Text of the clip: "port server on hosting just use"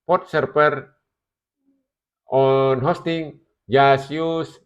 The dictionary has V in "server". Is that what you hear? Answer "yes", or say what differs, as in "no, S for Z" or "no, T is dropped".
no, P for V